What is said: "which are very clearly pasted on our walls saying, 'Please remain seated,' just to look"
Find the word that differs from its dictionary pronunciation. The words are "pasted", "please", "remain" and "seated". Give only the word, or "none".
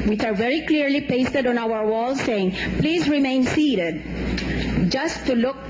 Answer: none